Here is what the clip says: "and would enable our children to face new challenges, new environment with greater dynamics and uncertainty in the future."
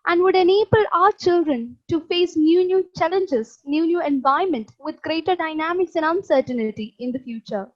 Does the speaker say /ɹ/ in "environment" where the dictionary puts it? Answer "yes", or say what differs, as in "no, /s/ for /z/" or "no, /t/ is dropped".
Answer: no, /ɹ/ is dropped